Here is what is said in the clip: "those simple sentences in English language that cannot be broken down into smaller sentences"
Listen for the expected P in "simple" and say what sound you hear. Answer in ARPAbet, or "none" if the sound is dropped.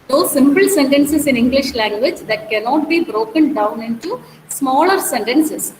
P